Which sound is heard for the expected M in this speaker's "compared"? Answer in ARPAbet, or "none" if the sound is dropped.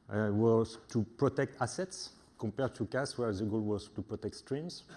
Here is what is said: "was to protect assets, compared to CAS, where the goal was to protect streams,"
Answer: none